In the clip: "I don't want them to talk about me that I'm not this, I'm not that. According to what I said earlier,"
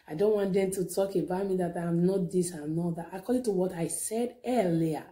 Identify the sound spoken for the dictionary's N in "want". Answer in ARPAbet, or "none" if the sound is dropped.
N